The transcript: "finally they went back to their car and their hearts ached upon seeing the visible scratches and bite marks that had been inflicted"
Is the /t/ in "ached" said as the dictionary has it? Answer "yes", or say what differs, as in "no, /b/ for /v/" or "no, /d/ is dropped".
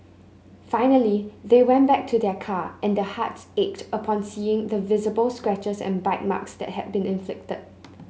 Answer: yes